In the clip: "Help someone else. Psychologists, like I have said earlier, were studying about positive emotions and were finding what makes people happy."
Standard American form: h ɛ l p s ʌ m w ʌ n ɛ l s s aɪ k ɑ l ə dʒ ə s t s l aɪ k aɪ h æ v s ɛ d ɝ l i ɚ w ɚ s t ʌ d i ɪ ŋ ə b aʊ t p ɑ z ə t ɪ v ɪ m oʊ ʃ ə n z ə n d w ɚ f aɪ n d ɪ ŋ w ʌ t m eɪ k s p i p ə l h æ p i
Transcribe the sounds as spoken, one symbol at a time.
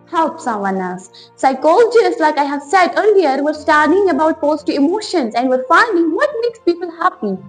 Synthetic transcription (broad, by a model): h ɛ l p s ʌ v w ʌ n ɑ s s aɪ k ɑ l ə dʒ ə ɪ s l aɪ k aɪ h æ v s ɛ d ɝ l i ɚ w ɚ s t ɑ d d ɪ ŋ ə b aʊ t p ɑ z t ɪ ɪ m oʊ ʃ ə n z ə n d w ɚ f aɪ n d ɪ ŋ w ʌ t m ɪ k s p i p ə l h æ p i